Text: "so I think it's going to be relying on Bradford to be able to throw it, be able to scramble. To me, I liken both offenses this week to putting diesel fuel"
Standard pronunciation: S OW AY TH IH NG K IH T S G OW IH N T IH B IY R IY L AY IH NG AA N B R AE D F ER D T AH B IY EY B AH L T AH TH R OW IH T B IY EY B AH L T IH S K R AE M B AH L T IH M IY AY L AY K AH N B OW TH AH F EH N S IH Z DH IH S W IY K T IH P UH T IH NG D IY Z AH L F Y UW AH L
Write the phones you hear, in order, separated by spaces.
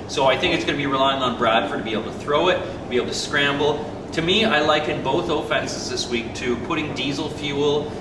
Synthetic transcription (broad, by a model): S OW AY TH IH NG K IH T S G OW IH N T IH B IY R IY L AY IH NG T N B R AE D F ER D T AH B IY EY B L T AH TH R OW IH T B IY EY B L T IH S K R AE M B L T IH M IY AY L AY K AH N B OW TH AH F EH N S IH Z DH IH S W IY K T IH P UH T IH NG D IY Z L F Y UW L